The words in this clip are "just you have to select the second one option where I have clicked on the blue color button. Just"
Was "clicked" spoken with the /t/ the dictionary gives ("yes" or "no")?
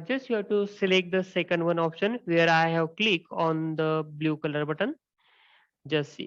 no